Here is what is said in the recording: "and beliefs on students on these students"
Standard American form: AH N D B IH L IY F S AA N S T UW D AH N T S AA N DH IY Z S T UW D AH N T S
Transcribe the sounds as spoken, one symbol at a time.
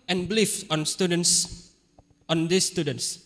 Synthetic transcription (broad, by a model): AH N B L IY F AA N S T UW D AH N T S AA N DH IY S T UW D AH N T S